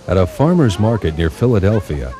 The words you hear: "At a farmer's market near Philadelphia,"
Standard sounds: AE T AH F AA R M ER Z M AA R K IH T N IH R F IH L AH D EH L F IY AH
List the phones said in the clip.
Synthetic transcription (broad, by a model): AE T AH F AA R M ER Z M AA R K IH T N IH R F IH L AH D EH L F IY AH